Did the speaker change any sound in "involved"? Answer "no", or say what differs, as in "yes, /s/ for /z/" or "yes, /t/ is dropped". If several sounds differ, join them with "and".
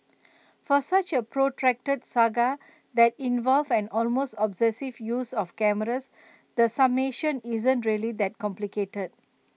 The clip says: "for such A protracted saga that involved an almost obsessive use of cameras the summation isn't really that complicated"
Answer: yes, /d/ is dropped